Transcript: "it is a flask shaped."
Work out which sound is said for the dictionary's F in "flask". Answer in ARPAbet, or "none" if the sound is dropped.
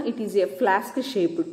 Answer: F